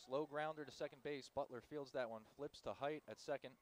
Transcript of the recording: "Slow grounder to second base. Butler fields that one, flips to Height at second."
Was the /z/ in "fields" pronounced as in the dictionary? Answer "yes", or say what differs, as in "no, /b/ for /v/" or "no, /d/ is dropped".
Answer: yes